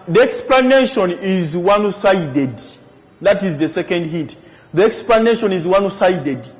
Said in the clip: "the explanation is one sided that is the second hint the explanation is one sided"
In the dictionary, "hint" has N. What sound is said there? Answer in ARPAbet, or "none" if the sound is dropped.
none